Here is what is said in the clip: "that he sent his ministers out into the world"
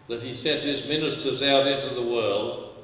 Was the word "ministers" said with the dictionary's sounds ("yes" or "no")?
yes